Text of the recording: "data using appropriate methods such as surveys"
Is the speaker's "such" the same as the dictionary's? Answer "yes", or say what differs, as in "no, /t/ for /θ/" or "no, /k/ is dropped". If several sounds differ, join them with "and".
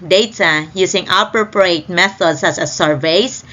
no, /s/ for /tʃ/